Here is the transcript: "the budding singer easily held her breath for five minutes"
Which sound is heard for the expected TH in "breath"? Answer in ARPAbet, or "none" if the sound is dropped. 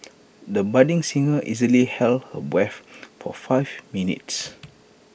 F